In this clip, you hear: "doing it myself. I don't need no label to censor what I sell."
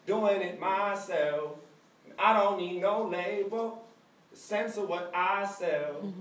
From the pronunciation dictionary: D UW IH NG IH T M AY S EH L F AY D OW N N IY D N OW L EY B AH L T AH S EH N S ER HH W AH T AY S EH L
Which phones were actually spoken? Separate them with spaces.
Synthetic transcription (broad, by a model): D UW IH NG IH T M AY S EH L F AY D OW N N IY D N OW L EY AH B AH S EH N S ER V W AH T AY S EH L